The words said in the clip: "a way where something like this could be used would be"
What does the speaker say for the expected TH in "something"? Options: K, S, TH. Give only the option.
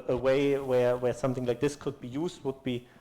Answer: TH